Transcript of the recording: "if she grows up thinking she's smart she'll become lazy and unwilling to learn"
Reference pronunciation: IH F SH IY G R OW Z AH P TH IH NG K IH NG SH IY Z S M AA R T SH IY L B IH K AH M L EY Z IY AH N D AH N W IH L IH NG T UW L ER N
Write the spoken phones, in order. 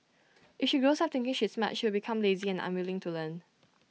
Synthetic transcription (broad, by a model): IH F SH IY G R OW S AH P T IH NG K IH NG SH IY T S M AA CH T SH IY W B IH K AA M L EY Z IY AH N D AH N W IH L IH NG T UW L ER N